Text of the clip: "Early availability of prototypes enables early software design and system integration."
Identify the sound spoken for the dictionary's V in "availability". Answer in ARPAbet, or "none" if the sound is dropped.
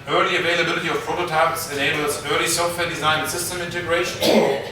V